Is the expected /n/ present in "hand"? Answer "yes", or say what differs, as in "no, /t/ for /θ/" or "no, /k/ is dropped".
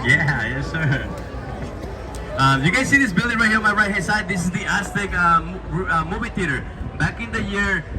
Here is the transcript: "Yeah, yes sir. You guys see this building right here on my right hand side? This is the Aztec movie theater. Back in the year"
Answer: no, /n/ is dropped